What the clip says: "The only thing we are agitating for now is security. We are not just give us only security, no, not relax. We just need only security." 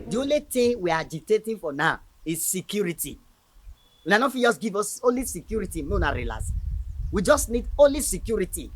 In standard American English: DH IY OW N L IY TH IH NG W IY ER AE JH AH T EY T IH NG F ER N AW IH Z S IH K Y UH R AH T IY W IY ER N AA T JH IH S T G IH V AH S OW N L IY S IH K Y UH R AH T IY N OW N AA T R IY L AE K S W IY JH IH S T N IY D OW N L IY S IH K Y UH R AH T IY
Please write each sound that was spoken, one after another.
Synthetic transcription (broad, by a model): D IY OW N L IY T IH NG W IY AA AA JH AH T EY T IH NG F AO N AW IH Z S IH K Y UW R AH T IY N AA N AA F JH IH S G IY V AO S OW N L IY S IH K Y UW R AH T IY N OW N AA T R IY L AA S W IY JH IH S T N IY D OW N L IY S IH K Y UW R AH T IY